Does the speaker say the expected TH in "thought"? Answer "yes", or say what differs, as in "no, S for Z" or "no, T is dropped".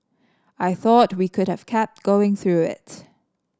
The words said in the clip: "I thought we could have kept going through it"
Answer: yes